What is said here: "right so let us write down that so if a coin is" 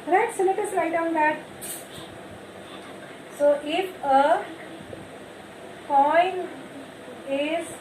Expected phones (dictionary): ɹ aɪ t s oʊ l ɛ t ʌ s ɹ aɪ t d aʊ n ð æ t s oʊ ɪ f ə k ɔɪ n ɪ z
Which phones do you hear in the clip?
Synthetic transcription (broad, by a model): ɹ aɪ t s oʊ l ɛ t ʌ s l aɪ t d aʊ n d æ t s oʊ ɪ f ə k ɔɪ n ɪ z